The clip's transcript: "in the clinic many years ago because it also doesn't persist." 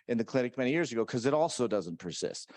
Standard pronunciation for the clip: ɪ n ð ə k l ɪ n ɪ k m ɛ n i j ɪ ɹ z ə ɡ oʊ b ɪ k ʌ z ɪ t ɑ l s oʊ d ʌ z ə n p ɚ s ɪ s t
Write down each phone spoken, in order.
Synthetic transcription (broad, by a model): ɪ n ð ə k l ɪ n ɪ k m ɛ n i j ɪ ɹ z ə ɡ oʊ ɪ k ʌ z ɪ t ɑ l s oʊ d ʌ z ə n p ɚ s ɪ s t